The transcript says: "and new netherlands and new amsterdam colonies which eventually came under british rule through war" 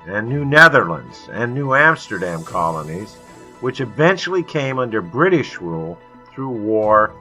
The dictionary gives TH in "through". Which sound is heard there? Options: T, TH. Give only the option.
TH